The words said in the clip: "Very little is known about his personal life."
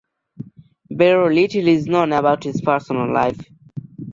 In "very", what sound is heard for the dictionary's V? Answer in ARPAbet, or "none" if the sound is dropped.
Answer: B